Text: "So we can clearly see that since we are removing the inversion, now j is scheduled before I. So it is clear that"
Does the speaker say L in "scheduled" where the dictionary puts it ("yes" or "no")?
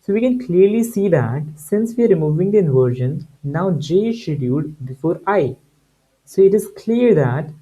no